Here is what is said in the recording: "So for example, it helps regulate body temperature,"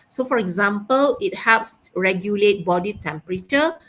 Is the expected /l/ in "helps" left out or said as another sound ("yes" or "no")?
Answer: yes